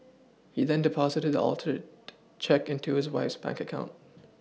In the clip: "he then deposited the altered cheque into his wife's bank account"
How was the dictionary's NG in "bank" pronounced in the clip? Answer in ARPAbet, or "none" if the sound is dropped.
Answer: NG